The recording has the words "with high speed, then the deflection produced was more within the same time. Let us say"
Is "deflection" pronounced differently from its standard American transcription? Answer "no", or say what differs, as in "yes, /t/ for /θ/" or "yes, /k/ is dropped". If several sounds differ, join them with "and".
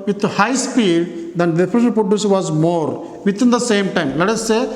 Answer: yes, /k/ is dropped